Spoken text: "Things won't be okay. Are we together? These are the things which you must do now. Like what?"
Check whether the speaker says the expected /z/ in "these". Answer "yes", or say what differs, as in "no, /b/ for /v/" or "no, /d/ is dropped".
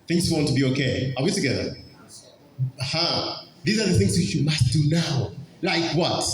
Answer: yes